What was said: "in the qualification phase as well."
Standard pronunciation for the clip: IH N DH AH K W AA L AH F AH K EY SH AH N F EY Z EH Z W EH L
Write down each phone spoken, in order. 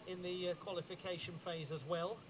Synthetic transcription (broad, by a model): IH N DH AH K W AA L AH F AH K EY SH AH N F EY Z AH Z W EH L